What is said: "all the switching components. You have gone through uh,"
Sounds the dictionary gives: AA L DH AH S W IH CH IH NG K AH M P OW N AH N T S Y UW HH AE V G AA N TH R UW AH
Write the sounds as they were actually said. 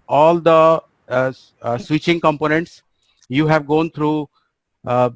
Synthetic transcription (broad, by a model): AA L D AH S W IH CH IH NG K AH M P OW N AH N T S Y UW HH AE V G AA N T R UW